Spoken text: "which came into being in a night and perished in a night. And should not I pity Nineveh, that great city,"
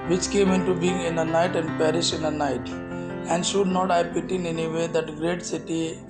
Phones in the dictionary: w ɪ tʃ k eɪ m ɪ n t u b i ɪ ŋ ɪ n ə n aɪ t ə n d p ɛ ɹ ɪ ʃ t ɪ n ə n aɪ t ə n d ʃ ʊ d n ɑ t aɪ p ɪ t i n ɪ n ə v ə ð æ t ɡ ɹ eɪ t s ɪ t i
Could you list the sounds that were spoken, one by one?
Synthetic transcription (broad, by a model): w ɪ tʃ k eɪ m ɪ n t u b i ɪ ŋ ɪ n ə n aɪ t ə n d p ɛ ɹ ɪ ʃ ɪ n ə n aɪ t ə n d ʃ ʊ d n ɑ t aɪ p ɪ t i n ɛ n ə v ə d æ t ɡ ɹ eɪ t s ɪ t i